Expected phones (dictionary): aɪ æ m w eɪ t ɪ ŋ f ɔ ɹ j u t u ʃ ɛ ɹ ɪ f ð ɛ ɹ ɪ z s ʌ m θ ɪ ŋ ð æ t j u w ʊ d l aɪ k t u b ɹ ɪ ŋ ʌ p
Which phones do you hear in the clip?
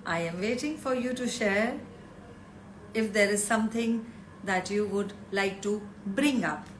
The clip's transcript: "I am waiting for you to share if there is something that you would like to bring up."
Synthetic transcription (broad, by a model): aɪ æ m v eɪ t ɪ ŋ f ɔ ɹ j u t u ʃ ɛ ɹ ɪ f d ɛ ɹ ɪ z s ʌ m t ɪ ŋ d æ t j u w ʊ d l aɪ k t u b ɹ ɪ ŋ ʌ p